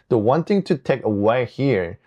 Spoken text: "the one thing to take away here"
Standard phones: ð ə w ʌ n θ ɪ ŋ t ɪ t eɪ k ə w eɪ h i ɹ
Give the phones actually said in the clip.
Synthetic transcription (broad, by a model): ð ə w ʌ n t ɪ ŋ t ɪ t eɪ k ə w eɪ h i ɹ